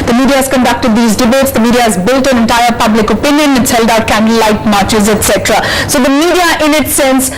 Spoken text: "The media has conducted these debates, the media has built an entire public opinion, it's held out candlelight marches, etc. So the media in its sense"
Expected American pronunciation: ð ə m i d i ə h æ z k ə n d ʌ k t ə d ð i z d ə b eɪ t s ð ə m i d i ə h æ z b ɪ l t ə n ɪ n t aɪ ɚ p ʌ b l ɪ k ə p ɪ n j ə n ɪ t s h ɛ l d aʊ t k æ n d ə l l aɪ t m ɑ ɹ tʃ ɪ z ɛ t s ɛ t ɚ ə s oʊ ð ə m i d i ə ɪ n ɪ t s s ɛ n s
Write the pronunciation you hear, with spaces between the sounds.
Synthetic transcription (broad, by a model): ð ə m i d i ə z k ə n d ʌ k t ə d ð i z d ə b eɪ t s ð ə m i d i ə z b ɪ l t ə n ɪ n t aɪ ɚ p ʌ b l ɪ k ə p ɪ n j ə n ɪ t s h ɛ l d aʊ t k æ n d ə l l aɪ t m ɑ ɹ tʃ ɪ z ɛ t s ɛ t ɚ ə s oʊ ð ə m i d i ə ɪ n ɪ t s s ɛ n s